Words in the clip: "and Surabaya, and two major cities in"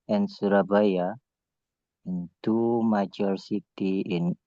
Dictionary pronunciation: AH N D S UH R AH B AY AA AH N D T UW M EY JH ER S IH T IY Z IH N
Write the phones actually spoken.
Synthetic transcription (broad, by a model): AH N S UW R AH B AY AA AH N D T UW M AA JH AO S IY T IY IH N